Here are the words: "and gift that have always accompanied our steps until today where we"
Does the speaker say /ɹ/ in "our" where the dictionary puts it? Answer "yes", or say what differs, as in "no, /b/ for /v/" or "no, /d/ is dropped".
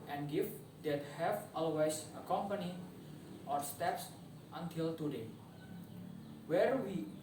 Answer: yes